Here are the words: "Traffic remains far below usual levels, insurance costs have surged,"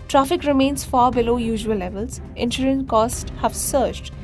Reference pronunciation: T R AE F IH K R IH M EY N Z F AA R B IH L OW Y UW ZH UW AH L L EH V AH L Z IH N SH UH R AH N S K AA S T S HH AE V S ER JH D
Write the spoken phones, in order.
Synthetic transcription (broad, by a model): T R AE F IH K R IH M EY N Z F AA R B IH L OW Y UW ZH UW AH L L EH V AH L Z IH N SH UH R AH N K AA S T HH AE V S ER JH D